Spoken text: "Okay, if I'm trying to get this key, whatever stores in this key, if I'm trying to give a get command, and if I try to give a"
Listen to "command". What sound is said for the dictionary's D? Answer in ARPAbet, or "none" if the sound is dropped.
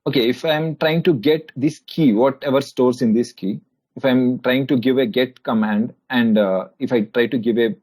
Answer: D